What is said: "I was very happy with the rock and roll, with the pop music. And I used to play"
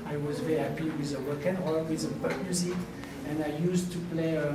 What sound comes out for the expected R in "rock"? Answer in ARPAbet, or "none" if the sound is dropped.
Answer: W